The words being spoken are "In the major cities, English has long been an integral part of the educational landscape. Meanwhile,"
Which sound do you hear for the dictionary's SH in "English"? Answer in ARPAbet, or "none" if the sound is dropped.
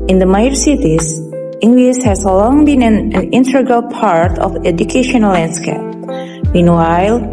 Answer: S